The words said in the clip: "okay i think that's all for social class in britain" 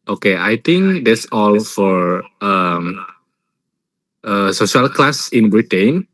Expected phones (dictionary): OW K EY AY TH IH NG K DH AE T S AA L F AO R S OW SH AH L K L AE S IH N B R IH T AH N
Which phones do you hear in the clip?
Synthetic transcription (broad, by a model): OW K EY AY T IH NG K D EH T S AA L F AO R S OW SH AH L K L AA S IH N B R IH T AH N